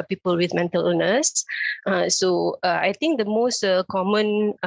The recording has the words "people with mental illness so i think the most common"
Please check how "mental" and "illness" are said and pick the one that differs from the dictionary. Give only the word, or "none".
illness